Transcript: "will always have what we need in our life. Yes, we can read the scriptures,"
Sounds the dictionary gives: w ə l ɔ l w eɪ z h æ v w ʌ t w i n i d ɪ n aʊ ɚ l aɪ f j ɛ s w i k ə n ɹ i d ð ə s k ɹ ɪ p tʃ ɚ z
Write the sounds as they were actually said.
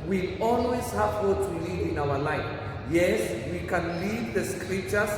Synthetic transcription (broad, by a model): w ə ɔ l w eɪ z h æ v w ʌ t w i l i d ɪ n aʊ ɚ l aɪ f j ɛ s w i k ə n l i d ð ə s k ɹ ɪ p tʃ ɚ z